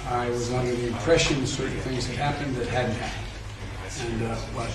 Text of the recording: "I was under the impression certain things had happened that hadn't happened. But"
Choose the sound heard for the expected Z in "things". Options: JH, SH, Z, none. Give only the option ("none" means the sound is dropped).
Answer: Z